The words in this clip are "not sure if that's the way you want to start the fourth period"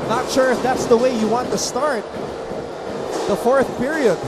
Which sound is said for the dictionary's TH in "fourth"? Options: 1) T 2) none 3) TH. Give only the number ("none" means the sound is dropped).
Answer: 3